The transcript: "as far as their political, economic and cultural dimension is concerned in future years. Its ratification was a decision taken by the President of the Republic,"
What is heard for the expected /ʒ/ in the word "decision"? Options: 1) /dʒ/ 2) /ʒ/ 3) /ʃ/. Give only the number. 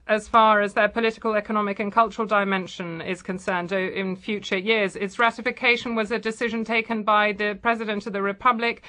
2